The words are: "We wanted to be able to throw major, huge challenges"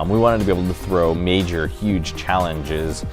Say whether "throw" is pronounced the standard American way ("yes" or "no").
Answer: yes